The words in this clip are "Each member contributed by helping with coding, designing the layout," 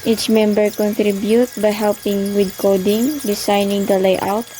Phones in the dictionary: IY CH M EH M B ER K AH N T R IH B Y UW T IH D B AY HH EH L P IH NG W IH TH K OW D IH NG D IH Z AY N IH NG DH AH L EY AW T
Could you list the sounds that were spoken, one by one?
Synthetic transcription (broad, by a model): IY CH M EH M B ER K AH N T R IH B Y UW T B AY HH EH L P IH NG W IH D K OW D IH NG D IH S AY N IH NG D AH L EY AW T